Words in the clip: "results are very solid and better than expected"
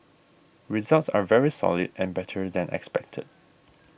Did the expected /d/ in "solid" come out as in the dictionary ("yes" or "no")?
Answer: yes